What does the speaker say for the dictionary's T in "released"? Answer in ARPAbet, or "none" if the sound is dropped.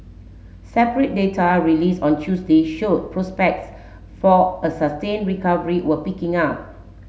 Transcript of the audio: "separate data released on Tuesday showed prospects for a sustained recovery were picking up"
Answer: none